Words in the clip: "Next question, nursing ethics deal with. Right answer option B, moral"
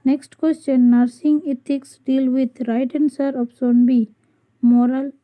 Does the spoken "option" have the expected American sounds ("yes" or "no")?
no